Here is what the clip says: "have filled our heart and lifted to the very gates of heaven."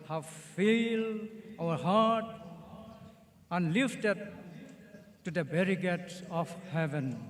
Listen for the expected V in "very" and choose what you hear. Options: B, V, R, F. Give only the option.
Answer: B